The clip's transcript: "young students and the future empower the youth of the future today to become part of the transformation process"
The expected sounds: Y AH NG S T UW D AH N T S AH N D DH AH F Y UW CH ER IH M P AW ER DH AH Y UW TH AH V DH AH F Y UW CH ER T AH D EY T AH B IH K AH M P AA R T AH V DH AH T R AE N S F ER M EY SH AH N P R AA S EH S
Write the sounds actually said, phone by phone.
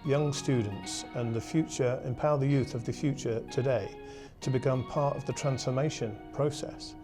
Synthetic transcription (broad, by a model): Y AH NG S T UW D N T S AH N DH AH F Y UW CH ER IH M P AW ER DH AH Y UW TH AH V DH AH F Y UW CH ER T AH D EY T AH B IH K AH M P AA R T AH V DH AH T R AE N S F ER M EY SH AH N P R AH S EH S